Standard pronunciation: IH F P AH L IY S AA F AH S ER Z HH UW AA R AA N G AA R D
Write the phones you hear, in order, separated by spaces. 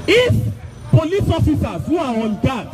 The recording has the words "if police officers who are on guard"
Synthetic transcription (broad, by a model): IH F P AH L IY S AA F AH S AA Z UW AA W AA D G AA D